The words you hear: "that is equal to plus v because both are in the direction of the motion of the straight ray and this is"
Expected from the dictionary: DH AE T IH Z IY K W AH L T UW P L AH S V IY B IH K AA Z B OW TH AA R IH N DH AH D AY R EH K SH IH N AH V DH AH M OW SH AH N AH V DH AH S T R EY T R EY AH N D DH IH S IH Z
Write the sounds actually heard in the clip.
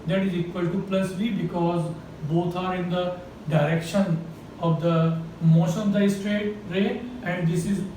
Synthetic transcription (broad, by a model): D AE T IH Z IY K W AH L T UW P L AH S V IY B IH K AA Z B OW T AA R IH N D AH D AY R EH K SH IH N AH V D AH M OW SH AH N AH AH S T R EY T R EY AH N D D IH S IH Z